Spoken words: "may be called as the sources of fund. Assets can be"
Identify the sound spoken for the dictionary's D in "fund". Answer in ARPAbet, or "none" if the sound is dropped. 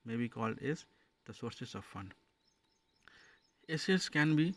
none